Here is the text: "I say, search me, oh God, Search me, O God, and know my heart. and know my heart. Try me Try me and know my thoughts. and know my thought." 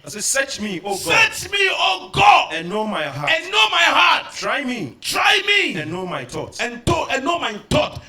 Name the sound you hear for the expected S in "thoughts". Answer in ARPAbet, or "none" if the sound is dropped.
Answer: none